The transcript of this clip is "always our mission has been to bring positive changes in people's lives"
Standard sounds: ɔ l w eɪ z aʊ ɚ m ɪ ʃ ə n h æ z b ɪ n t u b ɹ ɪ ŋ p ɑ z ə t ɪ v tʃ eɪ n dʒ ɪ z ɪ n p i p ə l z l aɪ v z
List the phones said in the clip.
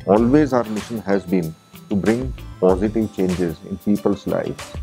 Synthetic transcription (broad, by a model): ɔ l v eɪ z aʊ ɚ m ɪ ʃ ə n h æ z b ɪ n t u b ɹ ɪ ŋ p ɑ z ə t ɪ v tʃ eɪ n dʒ ɪ z ɪ n p i p ə l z l aɪ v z